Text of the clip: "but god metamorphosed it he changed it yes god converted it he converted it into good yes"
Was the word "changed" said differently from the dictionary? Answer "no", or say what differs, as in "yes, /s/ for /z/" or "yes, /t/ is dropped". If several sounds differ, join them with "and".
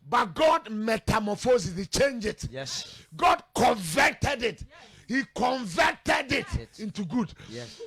yes, /d/ is dropped